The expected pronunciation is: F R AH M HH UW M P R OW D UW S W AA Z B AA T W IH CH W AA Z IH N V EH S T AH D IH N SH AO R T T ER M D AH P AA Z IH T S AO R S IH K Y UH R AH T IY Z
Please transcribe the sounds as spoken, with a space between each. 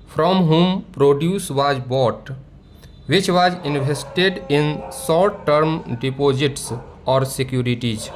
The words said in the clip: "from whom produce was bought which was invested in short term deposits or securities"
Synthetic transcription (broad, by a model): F R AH M HH UW M P R OW D UW S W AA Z B AA T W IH CH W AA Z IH N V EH S T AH D IH N S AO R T T ER M D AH P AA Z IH T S AO R S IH K Y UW R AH T IY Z